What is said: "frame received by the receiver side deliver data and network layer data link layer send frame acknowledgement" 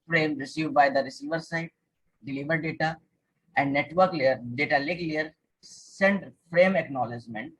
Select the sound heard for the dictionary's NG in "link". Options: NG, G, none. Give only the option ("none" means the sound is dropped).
none